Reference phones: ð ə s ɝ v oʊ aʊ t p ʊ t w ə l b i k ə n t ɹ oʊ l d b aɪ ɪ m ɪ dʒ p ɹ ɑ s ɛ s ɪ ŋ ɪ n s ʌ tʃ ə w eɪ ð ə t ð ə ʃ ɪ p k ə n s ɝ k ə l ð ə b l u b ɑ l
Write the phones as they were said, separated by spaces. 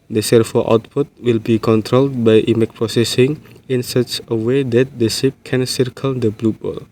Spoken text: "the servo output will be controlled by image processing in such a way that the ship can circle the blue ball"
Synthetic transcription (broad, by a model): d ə s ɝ f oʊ aʊ t p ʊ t w ə l b i k ə n t ɹ oʊ l d b aɪ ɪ m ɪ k p ɹ ɑ s ɛ s ɪ ŋ ɪ n s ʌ tʃ ə w eɪ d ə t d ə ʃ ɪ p k ə n s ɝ k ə l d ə b l u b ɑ l